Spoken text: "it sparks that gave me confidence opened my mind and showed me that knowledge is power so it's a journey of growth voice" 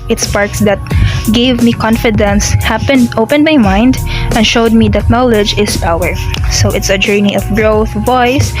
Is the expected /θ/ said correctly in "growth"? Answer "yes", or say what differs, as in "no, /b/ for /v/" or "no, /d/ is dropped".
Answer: yes